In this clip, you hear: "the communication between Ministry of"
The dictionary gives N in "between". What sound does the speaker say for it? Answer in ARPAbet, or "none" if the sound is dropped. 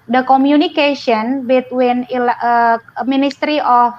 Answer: L